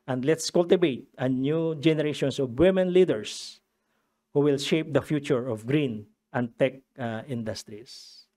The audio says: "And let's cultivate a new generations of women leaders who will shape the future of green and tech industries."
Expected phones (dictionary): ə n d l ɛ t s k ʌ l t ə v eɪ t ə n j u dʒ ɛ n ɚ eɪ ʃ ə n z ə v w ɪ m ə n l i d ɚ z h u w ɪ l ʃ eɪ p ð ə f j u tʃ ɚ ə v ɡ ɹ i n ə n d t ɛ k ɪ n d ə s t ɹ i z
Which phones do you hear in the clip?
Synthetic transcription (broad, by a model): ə n d l ɛ t s k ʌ l t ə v eɪ t ə n j u dʒ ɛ n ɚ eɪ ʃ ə n s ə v w ɪ m ə n l i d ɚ s h u w ɪ l ʃ eɪ p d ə f j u tʃ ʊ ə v ɡ ɹ i n ə n d t ɛ k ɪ n d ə s t ɹ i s